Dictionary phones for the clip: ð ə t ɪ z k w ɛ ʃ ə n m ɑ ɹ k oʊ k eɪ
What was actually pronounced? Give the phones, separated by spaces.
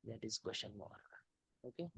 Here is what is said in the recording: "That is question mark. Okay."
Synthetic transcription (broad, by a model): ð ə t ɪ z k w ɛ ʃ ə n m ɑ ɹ oʊ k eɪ